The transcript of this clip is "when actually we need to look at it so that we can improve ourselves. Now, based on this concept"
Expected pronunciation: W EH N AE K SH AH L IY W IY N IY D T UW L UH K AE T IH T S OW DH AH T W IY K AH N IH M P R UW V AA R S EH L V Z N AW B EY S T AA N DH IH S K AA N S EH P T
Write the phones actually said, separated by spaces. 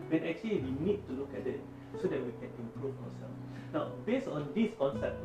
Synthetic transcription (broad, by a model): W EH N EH K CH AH L IY W IY N IY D T UW L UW K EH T IH T S OW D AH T W IY K AH N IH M P R UW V AA W S EH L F N AW B EY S AA N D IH S K AA N S EH P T